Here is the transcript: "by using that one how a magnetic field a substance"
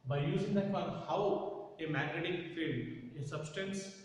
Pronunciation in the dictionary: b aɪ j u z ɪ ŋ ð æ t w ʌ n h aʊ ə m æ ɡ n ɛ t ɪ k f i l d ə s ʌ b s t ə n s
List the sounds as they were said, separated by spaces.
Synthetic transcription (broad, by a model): b aɪ j u z ɪ ŋ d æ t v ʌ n h aʊ ə m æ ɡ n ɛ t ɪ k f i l ə s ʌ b s t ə n s